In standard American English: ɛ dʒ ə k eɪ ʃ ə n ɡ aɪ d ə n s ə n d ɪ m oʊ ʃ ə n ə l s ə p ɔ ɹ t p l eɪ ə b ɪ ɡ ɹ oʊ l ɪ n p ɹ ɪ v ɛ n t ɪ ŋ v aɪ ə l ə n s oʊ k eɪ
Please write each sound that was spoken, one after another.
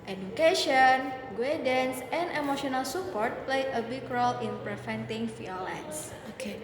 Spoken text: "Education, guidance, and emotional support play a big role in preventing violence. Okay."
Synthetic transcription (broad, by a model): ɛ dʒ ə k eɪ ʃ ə n ɡ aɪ d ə n s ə n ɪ m oʊ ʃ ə n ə l s ə p ɔ ɹ t p l eɪ ə b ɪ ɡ ɹ oʊ l ɪ n p ɹ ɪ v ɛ n t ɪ ŋ f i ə l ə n s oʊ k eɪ